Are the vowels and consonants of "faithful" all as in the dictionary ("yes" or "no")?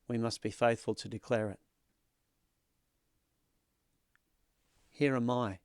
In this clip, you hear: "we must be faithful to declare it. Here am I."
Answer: yes